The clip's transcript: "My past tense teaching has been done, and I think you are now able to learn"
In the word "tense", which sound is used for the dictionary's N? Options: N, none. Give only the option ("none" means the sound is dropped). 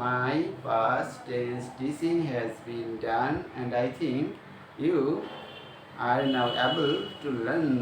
none